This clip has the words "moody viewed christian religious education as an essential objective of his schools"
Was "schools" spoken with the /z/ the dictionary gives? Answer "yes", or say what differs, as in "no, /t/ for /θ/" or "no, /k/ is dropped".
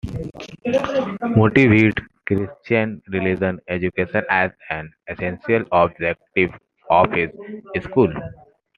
no, /z/ is dropped